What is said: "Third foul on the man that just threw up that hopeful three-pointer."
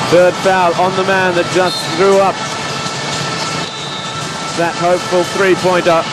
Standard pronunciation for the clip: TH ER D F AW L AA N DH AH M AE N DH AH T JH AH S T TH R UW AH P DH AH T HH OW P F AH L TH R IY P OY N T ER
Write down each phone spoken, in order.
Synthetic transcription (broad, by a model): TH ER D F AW L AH N DH AH M AE N DH AH T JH AH S TH R UW AH P DH AH T HH OW P F AH L TH R IY P OY N T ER